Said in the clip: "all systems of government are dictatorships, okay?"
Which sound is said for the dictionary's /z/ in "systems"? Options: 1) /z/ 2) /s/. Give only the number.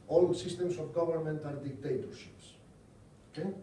2